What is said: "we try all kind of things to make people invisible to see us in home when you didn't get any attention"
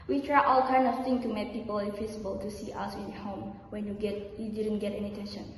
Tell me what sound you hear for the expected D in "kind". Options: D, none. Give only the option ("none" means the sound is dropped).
none